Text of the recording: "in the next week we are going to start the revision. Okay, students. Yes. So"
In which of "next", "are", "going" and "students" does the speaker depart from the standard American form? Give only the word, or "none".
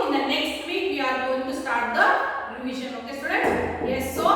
students